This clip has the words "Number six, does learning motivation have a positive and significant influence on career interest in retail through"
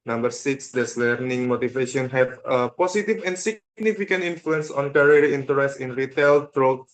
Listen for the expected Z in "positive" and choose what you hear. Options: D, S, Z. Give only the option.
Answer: S